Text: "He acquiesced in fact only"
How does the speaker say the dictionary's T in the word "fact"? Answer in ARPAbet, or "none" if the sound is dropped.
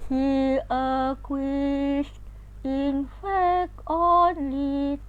none